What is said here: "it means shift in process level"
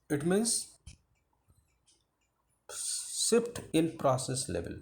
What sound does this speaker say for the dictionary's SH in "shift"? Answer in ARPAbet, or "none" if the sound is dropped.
S